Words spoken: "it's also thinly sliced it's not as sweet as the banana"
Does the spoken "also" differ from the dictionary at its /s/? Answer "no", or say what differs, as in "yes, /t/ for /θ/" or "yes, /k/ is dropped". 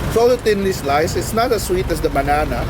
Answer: yes, /s/ is dropped